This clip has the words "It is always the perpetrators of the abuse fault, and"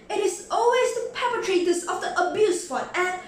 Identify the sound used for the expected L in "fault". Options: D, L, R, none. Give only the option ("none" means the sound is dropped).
none